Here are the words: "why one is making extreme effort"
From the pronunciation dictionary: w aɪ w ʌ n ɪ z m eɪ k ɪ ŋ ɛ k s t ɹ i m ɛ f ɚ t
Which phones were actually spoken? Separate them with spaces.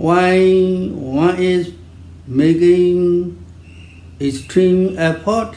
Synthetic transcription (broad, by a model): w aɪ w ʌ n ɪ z m eɪ k ɪ ŋ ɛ s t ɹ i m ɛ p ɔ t